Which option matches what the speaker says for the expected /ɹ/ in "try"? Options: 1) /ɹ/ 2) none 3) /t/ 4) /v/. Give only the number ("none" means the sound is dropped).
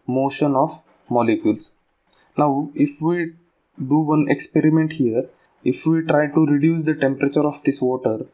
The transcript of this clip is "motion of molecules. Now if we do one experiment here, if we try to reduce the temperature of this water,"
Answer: 1